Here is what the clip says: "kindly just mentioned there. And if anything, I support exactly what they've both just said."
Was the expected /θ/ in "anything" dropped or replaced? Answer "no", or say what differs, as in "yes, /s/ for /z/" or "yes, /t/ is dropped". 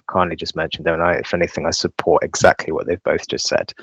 no